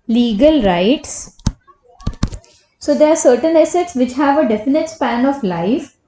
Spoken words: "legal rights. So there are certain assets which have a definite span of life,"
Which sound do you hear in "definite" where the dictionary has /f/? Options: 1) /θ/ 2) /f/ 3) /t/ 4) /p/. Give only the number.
2